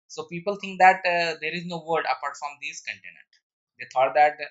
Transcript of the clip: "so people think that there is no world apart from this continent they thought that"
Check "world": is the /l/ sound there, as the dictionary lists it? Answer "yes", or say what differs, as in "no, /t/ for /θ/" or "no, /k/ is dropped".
no, /l/ is dropped